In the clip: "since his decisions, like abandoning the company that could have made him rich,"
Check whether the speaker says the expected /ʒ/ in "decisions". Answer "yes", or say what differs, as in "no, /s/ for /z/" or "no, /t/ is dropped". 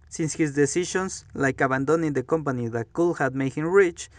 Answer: no, /ʃ/ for /ʒ/